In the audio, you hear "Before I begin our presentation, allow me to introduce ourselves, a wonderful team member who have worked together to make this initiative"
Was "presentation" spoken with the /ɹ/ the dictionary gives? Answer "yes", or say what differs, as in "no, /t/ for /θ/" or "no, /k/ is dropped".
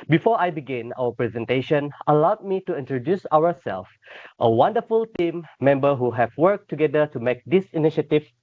yes